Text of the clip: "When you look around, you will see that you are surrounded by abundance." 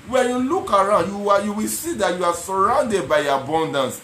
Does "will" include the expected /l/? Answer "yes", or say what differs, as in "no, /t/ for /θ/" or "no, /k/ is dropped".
no, /w/ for /l/